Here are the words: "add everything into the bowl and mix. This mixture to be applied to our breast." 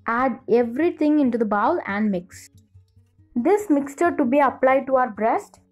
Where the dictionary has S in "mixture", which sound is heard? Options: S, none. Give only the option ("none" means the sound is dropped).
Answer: S